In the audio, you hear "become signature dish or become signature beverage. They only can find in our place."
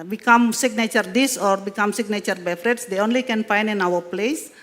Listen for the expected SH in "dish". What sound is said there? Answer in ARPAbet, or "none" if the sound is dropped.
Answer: S